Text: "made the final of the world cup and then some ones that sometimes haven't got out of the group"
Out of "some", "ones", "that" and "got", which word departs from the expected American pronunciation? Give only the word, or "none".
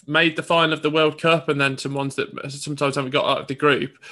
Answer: none